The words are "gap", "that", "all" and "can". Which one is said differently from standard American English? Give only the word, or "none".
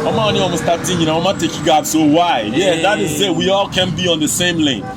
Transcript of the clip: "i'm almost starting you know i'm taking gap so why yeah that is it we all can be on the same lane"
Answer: gap